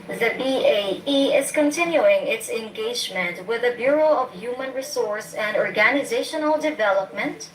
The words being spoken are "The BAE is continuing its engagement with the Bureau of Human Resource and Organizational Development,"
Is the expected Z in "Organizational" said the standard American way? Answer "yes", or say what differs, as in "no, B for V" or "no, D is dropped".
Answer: yes